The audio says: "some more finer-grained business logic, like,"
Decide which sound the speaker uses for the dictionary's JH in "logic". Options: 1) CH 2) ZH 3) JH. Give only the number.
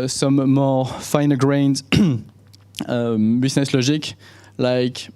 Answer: 2